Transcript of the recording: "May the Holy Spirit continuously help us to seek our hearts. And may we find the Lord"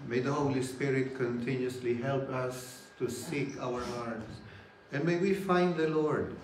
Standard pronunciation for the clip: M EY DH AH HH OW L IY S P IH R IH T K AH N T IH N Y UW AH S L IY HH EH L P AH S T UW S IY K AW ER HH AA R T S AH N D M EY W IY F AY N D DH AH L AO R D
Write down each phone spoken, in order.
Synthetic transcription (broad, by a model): M EY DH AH HH OW L IY S P IH R IH T K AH N T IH N Y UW S L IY HH EH L P AH S T UW S IY K AW ER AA R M S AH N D M EY W IY F AY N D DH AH L AO R D